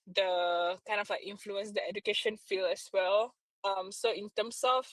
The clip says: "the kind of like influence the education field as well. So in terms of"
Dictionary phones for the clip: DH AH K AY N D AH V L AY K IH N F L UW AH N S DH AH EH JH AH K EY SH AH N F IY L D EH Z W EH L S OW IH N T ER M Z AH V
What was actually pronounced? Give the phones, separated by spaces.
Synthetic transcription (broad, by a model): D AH K AY N D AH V L AY K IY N F L UW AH N S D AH EH JH AH K EY SH AH N F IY L EH S W EH L S OW IH N T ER M S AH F